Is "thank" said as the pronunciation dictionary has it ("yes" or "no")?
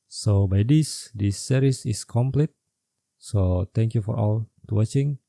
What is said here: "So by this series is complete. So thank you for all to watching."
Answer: no